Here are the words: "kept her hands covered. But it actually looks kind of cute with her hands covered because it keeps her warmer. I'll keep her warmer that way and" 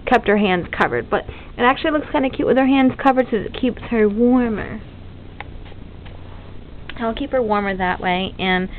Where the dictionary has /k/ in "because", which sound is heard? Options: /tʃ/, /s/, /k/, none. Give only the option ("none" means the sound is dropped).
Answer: none